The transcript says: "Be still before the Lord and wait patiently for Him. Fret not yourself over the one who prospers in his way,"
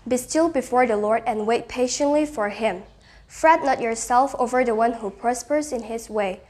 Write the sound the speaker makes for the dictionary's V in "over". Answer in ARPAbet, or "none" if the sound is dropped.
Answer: V